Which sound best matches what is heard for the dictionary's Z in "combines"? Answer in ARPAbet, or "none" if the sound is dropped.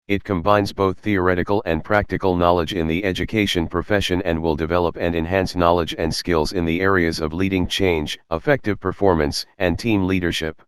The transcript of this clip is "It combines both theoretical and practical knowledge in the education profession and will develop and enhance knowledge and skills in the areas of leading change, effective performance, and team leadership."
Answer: Z